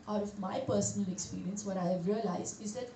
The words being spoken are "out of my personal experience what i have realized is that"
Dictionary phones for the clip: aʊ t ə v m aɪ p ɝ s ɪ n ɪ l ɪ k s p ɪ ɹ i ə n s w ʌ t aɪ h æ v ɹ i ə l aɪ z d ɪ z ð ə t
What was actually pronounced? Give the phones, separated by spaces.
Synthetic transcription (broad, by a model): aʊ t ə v m aɪ p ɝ s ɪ n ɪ l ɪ k s p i ɹ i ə n s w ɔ t aɪ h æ v ɹ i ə l aɪ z ɪ z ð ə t